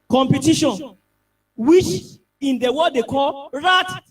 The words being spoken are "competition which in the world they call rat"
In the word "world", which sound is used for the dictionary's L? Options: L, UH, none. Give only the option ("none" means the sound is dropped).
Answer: none